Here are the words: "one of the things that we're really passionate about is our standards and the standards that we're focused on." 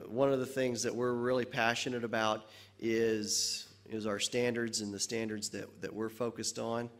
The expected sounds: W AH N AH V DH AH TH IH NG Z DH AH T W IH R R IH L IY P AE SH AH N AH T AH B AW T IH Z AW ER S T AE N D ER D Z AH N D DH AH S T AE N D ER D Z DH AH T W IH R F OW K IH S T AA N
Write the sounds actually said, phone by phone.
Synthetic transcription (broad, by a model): W AH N AH V DH AH TH IH NG Z DH AH T W IH R R IH L IY P AE SH AH N AH T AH B AW T IH Z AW ER S T AE N D ER D Z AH N DH AH S T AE N D ER D Z DH AH T W IH R F OW K IH S T N